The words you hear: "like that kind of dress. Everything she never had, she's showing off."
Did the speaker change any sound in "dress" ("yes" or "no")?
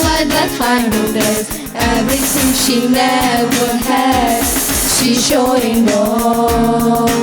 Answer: yes